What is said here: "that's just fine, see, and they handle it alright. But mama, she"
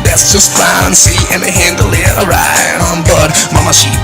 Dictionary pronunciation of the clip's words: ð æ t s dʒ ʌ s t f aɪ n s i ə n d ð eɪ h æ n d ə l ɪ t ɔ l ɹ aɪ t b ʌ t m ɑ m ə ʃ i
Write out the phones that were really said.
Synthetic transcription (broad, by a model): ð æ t s dʒ ʌ s t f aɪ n s i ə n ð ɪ h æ n d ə l ɪ t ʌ ɹ aɪ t b ʌ t m ɑ m ə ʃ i